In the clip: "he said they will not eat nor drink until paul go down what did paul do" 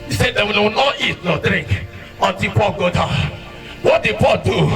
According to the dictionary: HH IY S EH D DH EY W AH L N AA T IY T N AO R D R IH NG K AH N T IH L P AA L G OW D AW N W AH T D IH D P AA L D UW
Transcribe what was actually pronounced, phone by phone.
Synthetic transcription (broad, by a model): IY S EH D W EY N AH W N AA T IY T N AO D R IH NG K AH N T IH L P AA L G OW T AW W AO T D IH D P AA L D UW